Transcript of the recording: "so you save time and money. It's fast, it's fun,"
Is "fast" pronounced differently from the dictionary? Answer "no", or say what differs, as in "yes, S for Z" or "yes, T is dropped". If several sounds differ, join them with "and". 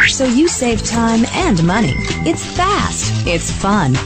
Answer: no